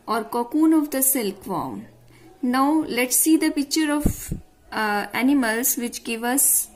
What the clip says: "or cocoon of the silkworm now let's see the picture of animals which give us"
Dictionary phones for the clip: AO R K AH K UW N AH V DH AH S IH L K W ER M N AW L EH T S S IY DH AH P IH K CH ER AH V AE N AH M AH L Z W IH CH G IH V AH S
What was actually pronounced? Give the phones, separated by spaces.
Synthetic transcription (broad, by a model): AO R K AH K UW N AH V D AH S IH L K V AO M N AW L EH T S S IY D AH P IH K CH ER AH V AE N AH M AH L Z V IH CH G IH V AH S